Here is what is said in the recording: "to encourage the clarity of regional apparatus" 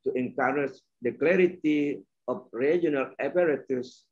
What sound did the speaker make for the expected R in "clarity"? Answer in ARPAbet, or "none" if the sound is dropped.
R